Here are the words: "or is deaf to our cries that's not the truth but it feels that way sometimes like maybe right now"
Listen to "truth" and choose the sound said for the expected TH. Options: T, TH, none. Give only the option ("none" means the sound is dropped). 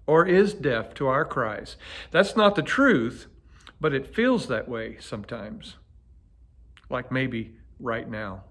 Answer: TH